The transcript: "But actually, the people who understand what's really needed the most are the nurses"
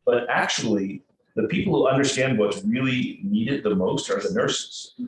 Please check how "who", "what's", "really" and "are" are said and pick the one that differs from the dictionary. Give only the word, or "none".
what's